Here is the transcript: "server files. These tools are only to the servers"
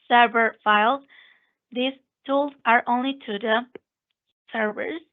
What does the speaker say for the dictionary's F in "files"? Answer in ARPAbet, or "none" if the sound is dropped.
F